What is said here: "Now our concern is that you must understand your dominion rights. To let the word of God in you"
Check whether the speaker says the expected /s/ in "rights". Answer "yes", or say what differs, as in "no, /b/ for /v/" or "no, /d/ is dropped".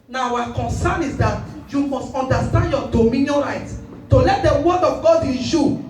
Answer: no, /s/ is dropped